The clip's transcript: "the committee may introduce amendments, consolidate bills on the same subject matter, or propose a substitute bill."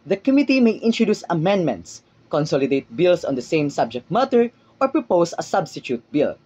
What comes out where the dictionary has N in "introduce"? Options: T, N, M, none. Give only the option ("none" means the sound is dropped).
N